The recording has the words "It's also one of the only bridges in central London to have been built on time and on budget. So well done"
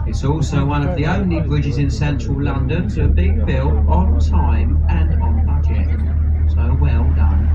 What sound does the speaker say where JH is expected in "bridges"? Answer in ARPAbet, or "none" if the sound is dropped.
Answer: JH